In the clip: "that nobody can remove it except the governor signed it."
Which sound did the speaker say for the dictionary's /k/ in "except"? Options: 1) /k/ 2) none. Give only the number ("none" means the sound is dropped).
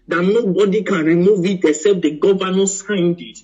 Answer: 2